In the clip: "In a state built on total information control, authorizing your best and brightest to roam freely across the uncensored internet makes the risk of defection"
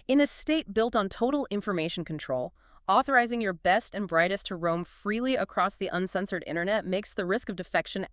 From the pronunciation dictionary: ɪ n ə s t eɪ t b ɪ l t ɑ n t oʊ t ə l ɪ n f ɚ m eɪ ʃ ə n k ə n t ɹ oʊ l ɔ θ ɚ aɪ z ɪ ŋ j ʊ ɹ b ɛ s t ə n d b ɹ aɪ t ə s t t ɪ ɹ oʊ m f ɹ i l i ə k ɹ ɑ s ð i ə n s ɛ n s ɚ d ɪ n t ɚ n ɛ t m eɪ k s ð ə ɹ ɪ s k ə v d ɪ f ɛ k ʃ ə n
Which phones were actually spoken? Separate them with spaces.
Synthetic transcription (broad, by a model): ɪ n ə s t eɪ t b ɪ l t n t oʊ t l ɪ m f ɚ m eɪ ʃ n k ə n t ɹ oʊ l ɔ θ ɚ aɪ z ɪ ŋ j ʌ ɹ b ɛ s t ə n b ɹ aɪ t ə s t t ɪ ɹ oʊ m f ɹ i l i ə k ɹ ɑ s ð i ə n s ɛ n s ɚ d ɪ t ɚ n ɛ t m eɪ k s ð ə ɹ ɪ s k ə v d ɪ f ɛ k ʃ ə n